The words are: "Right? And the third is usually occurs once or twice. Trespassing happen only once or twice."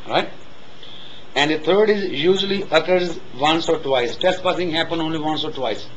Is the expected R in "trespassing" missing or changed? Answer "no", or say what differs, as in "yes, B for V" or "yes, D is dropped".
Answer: yes, R is dropped